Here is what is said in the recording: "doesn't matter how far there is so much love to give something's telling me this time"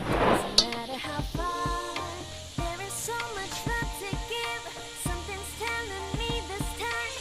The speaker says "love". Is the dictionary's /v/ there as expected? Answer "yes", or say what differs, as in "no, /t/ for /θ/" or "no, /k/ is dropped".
no, /f/ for /v/